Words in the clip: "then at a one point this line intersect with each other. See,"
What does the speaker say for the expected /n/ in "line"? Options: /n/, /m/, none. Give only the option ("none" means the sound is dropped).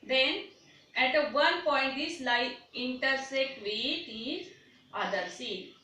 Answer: none